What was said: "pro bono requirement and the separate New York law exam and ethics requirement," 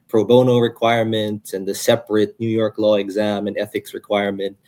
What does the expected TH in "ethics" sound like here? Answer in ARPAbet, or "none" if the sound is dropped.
TH